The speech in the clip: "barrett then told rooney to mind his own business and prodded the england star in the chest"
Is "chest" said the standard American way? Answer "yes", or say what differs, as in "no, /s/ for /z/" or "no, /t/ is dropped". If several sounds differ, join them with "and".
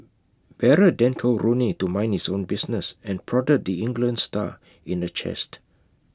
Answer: yes